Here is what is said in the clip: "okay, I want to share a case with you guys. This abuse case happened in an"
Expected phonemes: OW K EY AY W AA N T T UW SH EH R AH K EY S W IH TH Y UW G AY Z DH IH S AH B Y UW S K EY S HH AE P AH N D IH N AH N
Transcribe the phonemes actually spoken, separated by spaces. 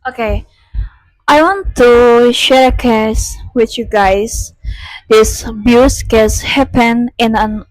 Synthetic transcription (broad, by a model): OW K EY AY W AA N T T UW SH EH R AH K EY S W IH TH Y UW G AY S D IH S B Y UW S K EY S HH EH P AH N IH N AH N